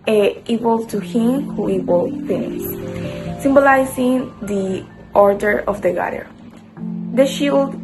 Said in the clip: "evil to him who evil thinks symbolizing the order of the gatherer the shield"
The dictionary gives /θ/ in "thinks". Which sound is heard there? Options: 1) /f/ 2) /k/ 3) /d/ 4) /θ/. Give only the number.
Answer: 1